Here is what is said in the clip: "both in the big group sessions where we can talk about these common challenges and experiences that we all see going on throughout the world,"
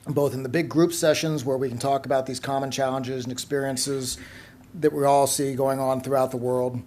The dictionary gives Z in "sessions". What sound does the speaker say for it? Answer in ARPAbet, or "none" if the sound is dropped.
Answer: Z